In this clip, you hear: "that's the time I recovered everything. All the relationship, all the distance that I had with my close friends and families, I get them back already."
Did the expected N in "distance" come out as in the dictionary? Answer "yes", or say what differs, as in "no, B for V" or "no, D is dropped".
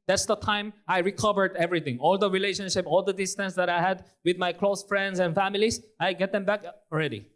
yes